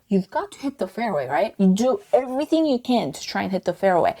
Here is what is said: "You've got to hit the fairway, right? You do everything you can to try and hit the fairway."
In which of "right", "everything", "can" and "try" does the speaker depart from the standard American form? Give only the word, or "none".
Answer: none